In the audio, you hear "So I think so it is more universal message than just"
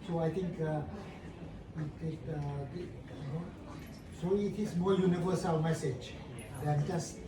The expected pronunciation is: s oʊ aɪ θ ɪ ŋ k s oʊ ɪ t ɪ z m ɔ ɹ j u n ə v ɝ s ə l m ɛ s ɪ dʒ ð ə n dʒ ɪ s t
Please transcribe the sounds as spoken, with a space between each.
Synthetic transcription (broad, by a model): s oʊ aɪ t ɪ ŋ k s oʊ ɪ t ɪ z m ɔ ɹ j u n ə v ɝ s ə l m ɛ s ɪ dʒ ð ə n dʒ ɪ s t